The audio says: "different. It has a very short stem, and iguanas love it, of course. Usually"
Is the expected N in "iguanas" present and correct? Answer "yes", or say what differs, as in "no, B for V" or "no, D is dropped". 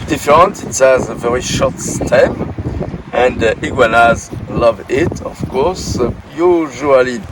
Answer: yes